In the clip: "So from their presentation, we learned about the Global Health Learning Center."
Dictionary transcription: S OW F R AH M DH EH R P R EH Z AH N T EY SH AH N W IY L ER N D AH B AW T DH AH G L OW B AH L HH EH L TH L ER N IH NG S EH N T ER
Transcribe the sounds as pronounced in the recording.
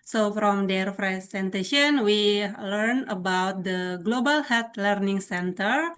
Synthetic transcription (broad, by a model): S OW F R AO M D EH R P R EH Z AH N T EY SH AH N W IY L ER N AH B AW T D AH G L OW B AH L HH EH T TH L ER N IH NG S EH N T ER